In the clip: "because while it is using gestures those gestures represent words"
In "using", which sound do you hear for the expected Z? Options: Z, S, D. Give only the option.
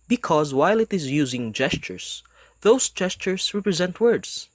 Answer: Z